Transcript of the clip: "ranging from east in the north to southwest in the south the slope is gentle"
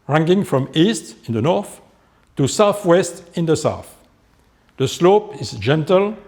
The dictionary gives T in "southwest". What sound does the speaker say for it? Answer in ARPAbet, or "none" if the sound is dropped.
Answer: T